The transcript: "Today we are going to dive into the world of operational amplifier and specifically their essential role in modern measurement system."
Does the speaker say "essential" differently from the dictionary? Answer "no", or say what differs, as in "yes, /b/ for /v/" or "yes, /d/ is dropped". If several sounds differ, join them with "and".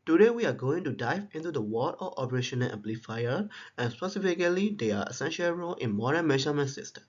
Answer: no